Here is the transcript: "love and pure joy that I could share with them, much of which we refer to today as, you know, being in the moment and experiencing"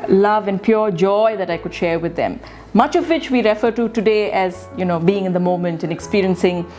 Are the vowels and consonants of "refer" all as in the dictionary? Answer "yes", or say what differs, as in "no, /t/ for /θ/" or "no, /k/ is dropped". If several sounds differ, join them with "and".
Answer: yes